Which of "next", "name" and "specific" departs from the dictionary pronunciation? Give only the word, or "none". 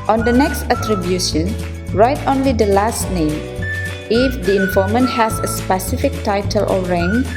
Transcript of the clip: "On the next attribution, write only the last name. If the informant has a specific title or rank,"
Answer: none